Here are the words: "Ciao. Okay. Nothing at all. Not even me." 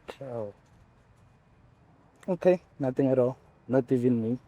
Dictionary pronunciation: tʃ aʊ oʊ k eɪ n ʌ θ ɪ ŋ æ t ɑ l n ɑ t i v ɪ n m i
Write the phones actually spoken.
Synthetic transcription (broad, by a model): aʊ oʊ k eɪ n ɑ t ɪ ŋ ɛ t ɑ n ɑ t i v ɪ n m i